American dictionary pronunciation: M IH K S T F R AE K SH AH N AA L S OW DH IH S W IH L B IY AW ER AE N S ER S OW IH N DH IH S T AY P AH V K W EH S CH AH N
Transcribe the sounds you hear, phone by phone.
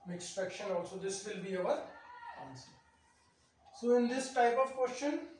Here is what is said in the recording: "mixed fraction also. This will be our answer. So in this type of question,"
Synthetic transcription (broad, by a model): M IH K S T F EH K SH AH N AA L S OW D IH S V IH L B IY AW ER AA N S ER S OW IH N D IH S T AY P AH V K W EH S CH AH N